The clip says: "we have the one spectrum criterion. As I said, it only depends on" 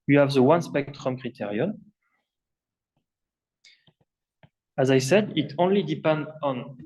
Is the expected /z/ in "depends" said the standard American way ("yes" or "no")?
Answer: no